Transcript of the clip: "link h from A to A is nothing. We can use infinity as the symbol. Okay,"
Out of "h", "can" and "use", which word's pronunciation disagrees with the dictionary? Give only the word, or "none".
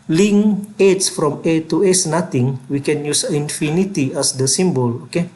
h